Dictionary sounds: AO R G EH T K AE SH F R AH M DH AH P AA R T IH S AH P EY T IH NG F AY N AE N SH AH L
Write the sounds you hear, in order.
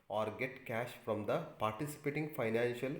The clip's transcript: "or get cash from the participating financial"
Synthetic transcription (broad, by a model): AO R G EH T K AE SH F R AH M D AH P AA R T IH S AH P EY T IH NG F AY N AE N SH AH L